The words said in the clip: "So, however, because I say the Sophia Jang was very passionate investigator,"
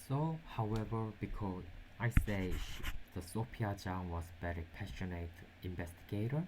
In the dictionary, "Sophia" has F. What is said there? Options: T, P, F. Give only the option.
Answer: P